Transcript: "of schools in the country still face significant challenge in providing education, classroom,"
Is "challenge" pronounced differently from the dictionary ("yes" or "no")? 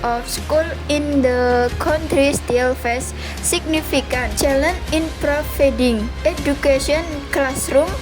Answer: yes